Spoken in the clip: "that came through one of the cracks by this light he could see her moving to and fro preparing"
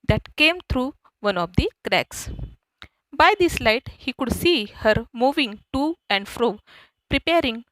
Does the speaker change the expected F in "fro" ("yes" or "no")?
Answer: no